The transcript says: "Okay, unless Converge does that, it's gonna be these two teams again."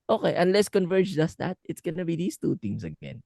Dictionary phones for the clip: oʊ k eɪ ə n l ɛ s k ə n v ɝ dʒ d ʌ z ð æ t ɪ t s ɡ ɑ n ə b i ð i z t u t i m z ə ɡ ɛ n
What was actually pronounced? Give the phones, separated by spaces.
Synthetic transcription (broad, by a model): oʊ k eɪ ə n l ɛ s k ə n v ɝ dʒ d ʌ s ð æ t ɪ t s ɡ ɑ n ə b i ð i s t u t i m s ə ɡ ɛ n